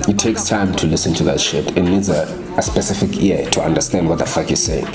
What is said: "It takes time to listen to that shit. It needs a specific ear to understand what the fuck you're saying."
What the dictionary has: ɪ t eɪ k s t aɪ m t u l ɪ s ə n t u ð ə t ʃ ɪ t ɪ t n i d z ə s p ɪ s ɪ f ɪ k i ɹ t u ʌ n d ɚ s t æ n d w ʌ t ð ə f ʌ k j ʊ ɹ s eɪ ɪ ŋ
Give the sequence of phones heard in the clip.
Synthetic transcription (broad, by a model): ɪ t eɪ k s t aɪ m t u l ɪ s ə n t u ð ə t ʃ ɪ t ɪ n n i d z ə s p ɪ s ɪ f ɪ k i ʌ t u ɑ n d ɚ s t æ n d w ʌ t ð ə f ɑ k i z s eɪ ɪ ŋ